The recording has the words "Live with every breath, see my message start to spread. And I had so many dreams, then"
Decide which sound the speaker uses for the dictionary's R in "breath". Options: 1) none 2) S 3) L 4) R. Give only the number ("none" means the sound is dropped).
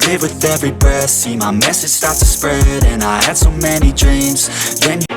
1